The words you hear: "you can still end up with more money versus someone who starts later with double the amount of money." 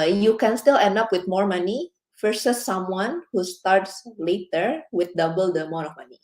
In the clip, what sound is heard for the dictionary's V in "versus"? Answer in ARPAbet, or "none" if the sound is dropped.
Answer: F